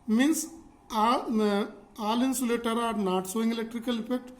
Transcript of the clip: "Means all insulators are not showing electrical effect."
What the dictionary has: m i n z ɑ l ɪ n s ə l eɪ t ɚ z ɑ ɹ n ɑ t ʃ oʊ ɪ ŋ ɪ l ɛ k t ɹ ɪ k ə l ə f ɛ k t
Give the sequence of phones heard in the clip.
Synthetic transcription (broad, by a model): m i n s ɑ l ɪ n s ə l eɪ t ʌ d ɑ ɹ n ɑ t s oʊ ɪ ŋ ɪ l ɛ k t ɹ ɪ k ə l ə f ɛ k t